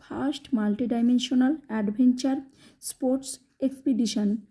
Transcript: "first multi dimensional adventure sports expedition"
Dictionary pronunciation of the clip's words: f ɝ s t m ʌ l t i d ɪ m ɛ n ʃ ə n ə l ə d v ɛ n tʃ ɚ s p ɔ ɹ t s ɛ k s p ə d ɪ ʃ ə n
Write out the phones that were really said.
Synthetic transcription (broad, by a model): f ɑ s t m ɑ l t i d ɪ m ɛ n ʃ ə n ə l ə d b ɛ n tʃ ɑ s p ɔ ɹ t s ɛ k s p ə d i ʃ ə n